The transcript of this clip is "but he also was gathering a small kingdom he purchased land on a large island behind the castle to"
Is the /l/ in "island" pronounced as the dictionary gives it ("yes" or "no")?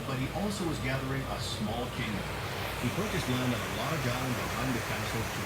no